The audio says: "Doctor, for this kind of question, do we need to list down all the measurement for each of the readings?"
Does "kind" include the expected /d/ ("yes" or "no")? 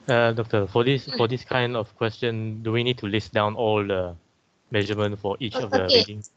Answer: yes